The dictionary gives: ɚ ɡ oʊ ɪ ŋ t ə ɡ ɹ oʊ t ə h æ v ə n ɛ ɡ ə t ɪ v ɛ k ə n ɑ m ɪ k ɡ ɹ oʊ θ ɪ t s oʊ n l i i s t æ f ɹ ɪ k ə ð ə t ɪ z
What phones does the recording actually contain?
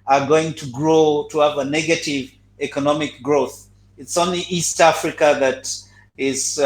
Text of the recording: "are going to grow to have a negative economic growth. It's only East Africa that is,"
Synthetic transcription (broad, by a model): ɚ ɡ oʊ ɪ ŋ t ə ɡ ɹ oʊ t ə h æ v ə n ɛ ɡ ə t ɪ v ɛ k ə n ɑ m ɪ k ɡ ɹ oʊ θ ɪ t s oʊ n l i i s t æ f ɹ ɪ k ə ð ə t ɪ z